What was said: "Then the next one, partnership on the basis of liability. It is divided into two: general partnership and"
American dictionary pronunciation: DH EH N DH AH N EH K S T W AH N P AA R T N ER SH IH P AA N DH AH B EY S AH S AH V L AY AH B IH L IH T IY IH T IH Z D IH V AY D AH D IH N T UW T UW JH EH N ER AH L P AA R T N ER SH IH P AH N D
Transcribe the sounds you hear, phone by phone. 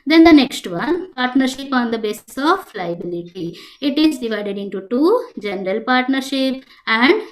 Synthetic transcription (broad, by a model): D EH N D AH N EH K S T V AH N P AA R T N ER SH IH P AA N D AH B EY S AH S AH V L AY AH B IH L IH T IY IH T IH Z D IH V AY D AH D IH N T UW T UW JH EH N ER AH L P AA R T N ER SH IH P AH N D